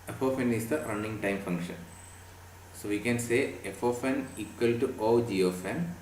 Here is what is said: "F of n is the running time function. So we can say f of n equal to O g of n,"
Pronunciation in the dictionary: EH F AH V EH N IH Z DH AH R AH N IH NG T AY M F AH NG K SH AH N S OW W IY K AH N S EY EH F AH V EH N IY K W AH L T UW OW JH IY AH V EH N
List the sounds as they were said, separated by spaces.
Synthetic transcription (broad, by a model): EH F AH F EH N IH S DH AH R AH N IH NG T AY M F AH NG K SH AH N S OW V IY K AH N S EY EH F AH F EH N IY K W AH L T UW OW JH IY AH F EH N